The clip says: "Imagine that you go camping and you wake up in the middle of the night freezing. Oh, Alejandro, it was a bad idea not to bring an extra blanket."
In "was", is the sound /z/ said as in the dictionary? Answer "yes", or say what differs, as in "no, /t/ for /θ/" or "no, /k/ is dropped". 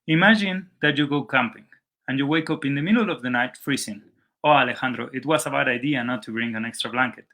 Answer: no, /s/ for /z/